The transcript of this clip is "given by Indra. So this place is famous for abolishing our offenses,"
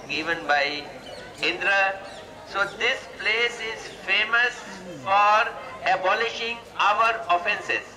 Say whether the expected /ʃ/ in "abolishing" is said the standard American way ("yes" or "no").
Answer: yes